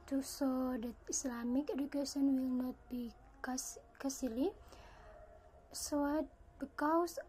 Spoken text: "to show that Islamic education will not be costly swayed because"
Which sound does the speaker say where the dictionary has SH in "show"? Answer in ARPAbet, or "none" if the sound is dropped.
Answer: S